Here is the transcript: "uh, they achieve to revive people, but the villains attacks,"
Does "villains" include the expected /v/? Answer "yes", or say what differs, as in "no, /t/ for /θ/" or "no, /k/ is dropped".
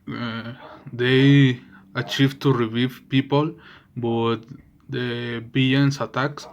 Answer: no, /b/ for /v/